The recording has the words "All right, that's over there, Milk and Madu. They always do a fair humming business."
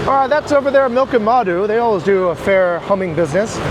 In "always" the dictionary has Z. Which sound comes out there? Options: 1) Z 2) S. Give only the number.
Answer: 1